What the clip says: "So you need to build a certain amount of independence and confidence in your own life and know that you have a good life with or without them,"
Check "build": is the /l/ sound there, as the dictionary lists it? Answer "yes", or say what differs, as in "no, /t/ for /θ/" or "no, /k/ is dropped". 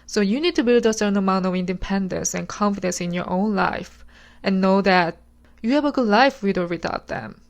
yes